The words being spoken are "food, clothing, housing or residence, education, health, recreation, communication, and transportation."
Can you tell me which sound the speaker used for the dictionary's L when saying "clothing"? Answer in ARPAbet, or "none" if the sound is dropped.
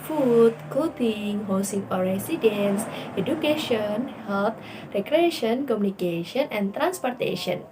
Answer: none